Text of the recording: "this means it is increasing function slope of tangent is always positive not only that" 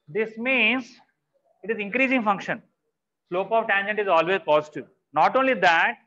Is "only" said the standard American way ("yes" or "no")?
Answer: yes